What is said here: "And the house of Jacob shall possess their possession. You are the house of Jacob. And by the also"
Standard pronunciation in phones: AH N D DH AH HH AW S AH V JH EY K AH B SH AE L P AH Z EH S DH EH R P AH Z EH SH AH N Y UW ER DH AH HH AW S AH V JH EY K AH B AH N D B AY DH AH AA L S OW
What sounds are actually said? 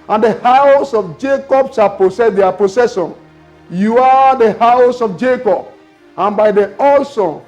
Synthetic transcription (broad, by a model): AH N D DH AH HH AW S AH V JH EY K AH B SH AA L P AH S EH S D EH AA P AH S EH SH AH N Y UW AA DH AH HH AW S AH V JH EY K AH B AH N B AY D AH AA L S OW